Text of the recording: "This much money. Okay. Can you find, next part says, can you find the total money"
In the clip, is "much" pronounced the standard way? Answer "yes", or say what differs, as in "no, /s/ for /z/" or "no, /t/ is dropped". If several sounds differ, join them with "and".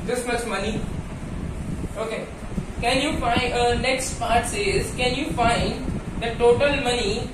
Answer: no, /s/ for /tʃ/